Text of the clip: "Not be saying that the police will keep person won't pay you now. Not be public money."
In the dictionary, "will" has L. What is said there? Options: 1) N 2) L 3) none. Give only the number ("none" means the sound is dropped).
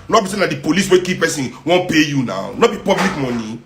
1